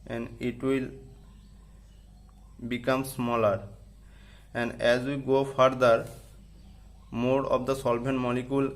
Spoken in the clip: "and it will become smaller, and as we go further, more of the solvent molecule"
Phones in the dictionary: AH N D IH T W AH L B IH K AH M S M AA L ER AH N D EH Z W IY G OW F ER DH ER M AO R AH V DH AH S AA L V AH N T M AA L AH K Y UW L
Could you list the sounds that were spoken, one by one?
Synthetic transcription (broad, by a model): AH N D IH T W AH L B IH K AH M S M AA L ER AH N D EH Z W IY G OW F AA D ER M AO R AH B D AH S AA L B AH N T M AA L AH K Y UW L